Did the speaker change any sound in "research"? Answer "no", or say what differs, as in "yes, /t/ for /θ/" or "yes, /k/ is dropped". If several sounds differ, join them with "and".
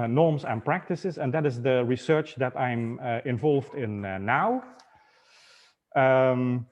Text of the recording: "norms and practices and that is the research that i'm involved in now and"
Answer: no